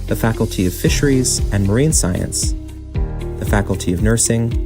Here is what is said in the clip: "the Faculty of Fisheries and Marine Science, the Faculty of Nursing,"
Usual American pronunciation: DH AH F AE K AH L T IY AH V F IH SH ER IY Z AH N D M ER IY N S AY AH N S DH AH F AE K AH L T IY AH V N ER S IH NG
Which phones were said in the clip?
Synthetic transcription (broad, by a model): DH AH F AE K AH L T IY AH V F IH SH ER IY Z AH N M ER IY N S AY AH N S DH AH F AE K L T IY AH V N ER S IH NG